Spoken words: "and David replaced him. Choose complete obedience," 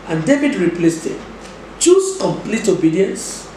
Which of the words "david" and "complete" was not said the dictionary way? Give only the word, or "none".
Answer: none